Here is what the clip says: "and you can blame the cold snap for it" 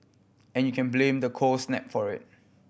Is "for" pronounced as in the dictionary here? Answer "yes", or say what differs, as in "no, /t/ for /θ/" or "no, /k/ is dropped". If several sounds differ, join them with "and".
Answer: yes